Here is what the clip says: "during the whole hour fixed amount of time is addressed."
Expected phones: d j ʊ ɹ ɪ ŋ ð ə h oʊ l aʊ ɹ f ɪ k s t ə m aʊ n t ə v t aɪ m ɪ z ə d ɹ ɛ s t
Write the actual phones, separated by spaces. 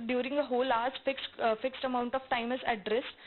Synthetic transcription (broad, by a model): d j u ɹ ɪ ŋ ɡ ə h oʊ l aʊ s f ɪ k s t ə m aʊ n t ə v t aɪ m ɪ z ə d ɹ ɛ s t